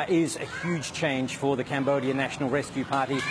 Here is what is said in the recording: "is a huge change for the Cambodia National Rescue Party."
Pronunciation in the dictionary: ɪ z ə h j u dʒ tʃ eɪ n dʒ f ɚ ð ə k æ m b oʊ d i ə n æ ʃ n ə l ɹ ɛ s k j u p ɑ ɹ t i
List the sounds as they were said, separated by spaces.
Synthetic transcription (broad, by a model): ɪ z ə h j u dʒ tʃ eɪ n ʒ f ɚ ð ə k æ m b oʊ d i ə n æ ʃ n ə l ɹ ɛ s k j u p ɑ ɹ t i